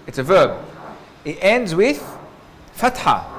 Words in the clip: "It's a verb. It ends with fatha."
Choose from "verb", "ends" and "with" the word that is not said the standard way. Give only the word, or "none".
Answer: none